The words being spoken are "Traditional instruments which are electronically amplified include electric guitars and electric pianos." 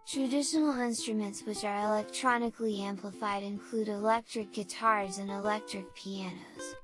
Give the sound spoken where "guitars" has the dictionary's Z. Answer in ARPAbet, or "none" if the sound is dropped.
Z